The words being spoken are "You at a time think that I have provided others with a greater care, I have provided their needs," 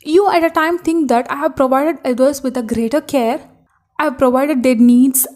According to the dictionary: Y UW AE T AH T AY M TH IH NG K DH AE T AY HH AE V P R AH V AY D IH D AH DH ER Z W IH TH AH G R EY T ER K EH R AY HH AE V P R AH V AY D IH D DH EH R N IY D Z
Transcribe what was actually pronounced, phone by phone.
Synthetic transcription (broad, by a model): Y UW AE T AH T AY M T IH NG K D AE T AY HH AE V P R AH V AY D IH D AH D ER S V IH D AH G R EY T ER K EH R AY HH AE V P R AH V AY D IH D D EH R N IY D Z